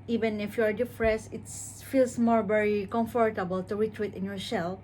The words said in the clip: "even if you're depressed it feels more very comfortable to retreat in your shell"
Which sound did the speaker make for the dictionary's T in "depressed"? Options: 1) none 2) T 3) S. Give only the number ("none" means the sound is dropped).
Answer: 1